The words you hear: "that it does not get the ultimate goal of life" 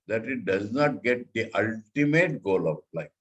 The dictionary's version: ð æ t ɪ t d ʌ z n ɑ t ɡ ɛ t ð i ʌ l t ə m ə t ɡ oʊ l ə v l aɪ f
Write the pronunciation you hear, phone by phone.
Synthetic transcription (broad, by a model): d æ t ɪ t d ʌ z n ɑ t ɡ ɛ t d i ʌ l t ə m ə t ɡ oʊ l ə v l aɪ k